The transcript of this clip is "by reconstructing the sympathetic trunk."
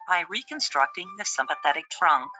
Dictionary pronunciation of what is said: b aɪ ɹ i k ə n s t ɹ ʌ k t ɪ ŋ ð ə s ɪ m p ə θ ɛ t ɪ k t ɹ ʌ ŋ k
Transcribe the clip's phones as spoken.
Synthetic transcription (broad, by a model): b aɪ ɹ i k ə n s t ɹ ʌ k t ɪ ŋ ð ə s ɪ m p ə θ ɛ t ɪ k t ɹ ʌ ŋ k